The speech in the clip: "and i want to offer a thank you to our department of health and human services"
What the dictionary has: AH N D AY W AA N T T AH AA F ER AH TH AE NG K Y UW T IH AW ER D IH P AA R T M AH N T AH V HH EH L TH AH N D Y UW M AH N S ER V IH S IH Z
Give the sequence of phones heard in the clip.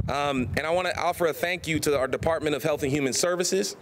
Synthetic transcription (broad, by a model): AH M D AY W AA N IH T AA F ER AH TH AE NG K Y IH T IH AW ER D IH P AA R T M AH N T AH V HH EH L TH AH N Y UW M AH N S ER V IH S IH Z